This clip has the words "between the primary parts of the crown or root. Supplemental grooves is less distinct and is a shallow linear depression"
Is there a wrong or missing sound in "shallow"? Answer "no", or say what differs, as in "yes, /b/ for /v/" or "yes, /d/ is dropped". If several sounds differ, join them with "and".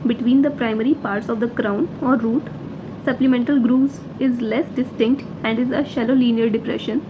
no